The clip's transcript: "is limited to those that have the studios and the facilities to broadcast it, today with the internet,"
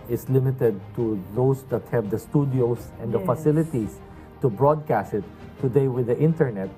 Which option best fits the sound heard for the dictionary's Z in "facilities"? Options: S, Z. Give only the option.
S